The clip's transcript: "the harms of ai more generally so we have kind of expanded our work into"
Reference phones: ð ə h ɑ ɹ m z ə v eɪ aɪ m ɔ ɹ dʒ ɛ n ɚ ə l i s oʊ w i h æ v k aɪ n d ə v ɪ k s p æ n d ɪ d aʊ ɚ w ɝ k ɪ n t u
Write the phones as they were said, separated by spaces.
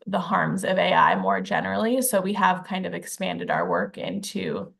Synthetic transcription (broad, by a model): ð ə h ɑ ɹ m z ə v eɪ aɪ m ɔ ɹ dʒ ɛ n ɚ l i s oʊ w i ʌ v k aɪ n d ə v ɪ k s p æ n d ɪ d aʊ ɚ w ɝ k ɪ n t u